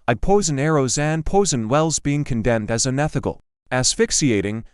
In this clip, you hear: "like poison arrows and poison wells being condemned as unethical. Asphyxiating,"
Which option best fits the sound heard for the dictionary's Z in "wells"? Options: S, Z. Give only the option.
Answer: Z